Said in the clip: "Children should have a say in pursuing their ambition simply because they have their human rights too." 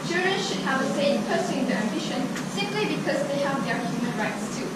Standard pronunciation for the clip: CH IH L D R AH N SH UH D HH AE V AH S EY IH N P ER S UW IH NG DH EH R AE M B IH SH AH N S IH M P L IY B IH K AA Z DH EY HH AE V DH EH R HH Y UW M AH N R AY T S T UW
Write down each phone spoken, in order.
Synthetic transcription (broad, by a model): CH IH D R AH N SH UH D HH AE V AH S EY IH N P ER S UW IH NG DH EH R AE M B IH SH AH N S IH M P L IY B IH K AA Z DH EY HH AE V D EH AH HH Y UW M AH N R AY T S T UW